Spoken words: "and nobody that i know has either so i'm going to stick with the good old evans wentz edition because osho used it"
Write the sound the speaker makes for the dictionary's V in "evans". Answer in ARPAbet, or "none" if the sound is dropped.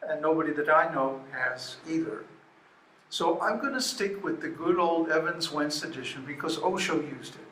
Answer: V